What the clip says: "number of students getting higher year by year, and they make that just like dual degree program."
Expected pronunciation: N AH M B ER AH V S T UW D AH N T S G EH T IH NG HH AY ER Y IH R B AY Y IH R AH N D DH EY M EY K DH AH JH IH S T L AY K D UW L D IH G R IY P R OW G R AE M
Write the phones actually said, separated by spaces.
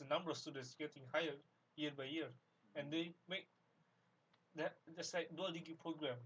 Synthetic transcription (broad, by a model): N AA M B ER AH F S T UW D AH N T S G EH T IH NG HH AY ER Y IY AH B AY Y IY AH AH N D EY M EY K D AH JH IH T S L AY K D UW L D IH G IY P R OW G R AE M